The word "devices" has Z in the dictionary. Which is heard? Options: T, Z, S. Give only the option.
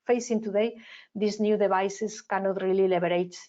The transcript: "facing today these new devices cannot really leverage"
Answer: S